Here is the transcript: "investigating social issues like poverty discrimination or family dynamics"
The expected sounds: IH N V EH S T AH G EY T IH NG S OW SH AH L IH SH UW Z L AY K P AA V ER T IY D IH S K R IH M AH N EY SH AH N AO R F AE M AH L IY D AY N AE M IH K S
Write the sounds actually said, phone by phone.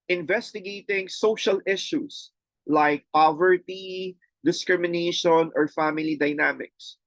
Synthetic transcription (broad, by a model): IH N V EH S T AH G EY T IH NG S OW SH AH L IH SH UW S L AY K P AA V ER T IY D IH S K R IH M AH N EY SH AH N AO R F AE M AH L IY D AY N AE M IH K S